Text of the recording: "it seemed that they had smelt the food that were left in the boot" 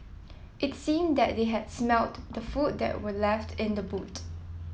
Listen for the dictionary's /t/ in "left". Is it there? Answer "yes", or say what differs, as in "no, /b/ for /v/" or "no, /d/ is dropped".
yes